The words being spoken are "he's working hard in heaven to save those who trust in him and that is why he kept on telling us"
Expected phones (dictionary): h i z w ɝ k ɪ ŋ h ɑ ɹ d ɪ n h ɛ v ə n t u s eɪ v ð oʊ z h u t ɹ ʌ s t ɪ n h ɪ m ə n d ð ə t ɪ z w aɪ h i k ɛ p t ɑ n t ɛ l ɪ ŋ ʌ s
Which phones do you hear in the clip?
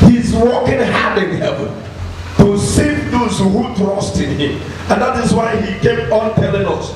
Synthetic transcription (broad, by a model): h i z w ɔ k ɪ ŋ h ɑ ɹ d ɪ n h ɛ v ə n t u s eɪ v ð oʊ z h u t ɹ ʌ s t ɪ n h ɪ m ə n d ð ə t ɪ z w aɪ h i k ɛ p ɑ n t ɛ l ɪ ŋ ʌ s